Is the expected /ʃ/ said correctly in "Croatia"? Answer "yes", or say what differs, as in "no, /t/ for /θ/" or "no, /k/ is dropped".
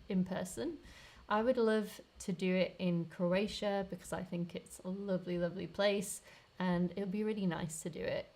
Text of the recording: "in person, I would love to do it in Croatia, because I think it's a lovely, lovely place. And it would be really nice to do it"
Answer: yes